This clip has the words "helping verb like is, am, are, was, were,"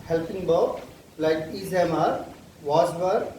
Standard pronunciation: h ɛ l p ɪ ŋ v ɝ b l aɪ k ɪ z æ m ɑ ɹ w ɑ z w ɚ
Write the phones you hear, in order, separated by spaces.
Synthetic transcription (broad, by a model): h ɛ l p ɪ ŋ b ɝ l aɪ k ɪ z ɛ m ɑ ɹ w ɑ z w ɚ